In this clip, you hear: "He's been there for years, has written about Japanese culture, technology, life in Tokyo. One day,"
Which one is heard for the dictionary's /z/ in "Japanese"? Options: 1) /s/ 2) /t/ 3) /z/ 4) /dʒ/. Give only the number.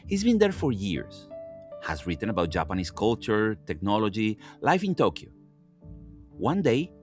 1